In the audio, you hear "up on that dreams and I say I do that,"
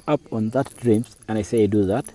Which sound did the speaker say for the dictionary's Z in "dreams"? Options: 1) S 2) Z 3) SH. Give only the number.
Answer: 1